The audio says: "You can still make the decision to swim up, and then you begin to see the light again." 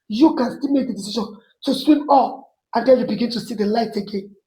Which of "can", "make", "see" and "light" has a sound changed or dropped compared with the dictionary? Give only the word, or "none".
none